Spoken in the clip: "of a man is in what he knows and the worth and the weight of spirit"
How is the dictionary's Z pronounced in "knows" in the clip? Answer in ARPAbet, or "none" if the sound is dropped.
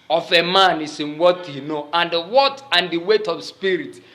none